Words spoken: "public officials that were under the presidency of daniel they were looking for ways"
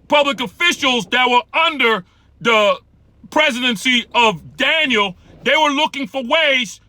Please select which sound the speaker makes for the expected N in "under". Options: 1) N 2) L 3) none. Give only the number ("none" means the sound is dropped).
1